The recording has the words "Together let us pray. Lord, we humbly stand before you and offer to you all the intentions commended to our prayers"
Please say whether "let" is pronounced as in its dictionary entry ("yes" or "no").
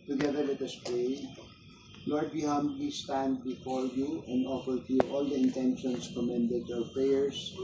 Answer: no